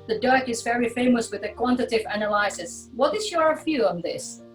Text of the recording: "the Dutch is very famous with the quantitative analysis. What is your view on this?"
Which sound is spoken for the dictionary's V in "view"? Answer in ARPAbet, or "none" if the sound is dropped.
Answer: F